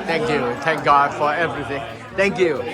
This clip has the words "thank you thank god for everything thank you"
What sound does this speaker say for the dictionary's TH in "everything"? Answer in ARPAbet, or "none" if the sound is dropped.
TH